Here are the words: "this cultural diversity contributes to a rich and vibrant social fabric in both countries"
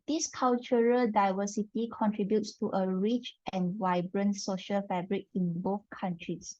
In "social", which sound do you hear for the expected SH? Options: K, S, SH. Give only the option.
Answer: SH